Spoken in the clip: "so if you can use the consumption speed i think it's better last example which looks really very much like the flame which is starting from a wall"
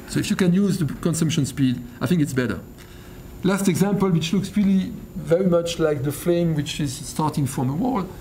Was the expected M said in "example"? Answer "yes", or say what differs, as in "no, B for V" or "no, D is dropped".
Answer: yes